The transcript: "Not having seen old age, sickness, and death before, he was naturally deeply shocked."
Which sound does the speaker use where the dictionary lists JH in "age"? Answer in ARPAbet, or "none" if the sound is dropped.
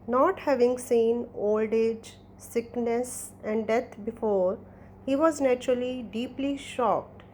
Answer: JH